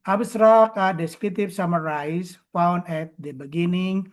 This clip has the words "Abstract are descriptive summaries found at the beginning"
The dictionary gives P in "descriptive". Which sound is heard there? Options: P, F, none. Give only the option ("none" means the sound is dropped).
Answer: none